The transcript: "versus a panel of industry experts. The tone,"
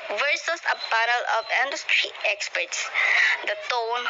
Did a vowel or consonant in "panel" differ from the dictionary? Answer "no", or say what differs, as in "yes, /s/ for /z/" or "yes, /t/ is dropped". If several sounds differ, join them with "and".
yes, /b/ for /p/